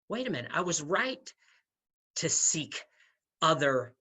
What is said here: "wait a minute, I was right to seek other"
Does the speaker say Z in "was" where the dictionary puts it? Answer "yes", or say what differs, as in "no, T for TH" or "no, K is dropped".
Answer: yes